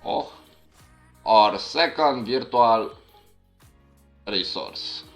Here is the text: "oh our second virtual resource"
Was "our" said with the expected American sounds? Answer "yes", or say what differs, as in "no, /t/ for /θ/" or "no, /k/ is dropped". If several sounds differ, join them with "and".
yes